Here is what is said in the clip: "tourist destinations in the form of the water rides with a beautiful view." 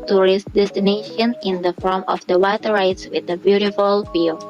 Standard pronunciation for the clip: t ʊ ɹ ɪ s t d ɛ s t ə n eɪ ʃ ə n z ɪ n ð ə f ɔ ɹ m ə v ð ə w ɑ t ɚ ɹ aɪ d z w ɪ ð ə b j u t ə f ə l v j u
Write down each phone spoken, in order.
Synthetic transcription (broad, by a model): t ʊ ɹ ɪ s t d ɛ s t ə n eɪ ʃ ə n ɪ n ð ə f ɔ ɹ m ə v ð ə w ɑ t ɚ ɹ aɪ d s w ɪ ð ə b j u t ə f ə l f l